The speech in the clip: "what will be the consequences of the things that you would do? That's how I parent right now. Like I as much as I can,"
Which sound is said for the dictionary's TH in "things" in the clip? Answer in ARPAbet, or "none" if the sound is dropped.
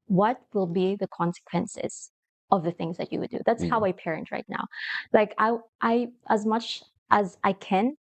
TH